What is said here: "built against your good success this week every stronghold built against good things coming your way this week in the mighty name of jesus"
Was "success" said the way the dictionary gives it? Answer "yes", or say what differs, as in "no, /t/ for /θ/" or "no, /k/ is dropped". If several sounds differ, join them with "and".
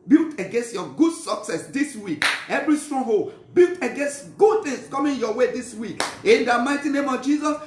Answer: yes